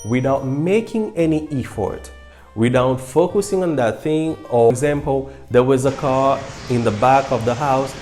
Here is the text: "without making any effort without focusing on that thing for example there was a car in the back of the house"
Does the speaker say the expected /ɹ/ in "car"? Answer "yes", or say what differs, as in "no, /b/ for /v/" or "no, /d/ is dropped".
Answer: yes